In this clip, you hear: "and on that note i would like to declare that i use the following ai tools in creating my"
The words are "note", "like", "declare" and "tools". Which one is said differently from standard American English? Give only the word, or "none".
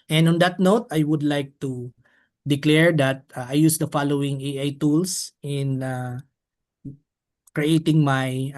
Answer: tools